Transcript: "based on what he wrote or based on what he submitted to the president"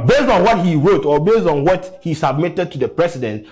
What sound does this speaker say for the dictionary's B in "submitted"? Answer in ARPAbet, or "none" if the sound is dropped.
B